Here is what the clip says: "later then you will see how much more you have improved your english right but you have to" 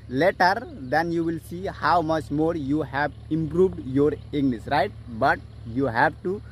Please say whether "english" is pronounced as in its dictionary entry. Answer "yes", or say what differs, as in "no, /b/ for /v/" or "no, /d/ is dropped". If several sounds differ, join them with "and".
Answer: no, /n/ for /l/ and /s/ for /ʃ/